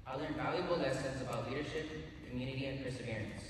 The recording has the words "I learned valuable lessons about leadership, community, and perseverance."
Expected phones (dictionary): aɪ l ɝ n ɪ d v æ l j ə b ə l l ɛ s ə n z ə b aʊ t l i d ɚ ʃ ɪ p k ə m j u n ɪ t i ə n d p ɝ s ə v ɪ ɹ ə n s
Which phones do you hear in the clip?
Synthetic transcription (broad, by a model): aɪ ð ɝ ɪ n v æ l j ə b ə l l ɛ s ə n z ə b aʊ t l i d ɚ ʃ ɪ p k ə m j u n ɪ t i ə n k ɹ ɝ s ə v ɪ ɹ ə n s